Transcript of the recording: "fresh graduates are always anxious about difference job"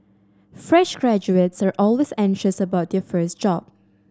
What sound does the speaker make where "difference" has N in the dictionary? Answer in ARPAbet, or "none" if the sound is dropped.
none